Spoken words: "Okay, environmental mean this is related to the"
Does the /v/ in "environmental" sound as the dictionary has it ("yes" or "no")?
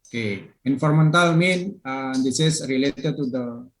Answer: no